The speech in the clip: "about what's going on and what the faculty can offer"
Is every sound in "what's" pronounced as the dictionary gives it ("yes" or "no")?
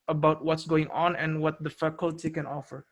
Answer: yes